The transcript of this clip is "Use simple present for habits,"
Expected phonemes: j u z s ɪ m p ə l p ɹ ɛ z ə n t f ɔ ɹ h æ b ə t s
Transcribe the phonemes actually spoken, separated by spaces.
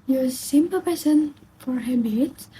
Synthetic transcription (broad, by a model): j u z s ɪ m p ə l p ɛ s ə n f ɔ ɹ h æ b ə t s